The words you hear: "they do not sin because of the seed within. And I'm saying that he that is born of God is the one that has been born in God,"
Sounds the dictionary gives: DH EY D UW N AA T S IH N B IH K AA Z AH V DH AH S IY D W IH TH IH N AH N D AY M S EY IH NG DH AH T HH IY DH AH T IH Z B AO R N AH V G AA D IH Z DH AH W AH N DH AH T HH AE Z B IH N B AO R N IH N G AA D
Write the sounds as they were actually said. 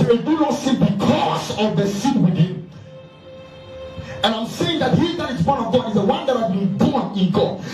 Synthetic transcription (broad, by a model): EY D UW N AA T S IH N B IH K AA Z AH V DH AH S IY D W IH T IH AH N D AY M S EY IH NG DH AH T HH IY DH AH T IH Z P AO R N AH V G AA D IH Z DH AH W AH N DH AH T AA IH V B IH N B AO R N IH N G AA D